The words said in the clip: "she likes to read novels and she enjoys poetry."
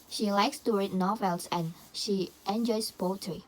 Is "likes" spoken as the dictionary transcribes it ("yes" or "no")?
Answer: yes